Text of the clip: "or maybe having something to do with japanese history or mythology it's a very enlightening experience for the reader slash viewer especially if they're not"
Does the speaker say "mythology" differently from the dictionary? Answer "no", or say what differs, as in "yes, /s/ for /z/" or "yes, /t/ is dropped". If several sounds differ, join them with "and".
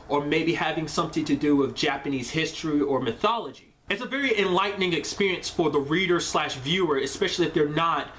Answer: no